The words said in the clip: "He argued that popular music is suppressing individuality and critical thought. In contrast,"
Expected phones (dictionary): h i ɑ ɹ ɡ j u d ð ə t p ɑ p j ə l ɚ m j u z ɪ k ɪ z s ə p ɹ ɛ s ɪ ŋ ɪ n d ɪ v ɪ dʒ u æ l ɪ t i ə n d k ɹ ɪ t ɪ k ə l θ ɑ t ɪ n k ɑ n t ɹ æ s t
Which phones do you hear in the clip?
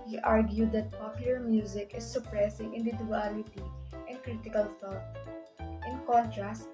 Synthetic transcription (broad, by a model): h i ɑ ɹ ɡ j u d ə t p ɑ p j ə l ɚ m j u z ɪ k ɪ s ə p ɹ ɛ s ɪ ŋ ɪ n d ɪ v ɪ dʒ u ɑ l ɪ t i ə n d k ɹ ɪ t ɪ k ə l f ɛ t ɪ n k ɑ n t ɹ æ s t